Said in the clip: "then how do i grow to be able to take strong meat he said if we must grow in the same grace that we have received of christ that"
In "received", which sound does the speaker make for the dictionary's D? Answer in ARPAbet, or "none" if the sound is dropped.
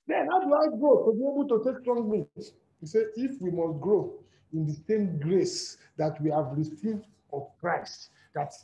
D